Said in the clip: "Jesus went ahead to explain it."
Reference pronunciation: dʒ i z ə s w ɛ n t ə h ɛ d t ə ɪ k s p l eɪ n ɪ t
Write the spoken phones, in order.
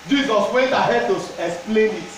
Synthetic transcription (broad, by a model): dʒ i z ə s w ɛ n t ə h ɛ d t ə ɪ k s p l eɪ n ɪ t